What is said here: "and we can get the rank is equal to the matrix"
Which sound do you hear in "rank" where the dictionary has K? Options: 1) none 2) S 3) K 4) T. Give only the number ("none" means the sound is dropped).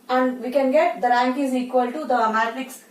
3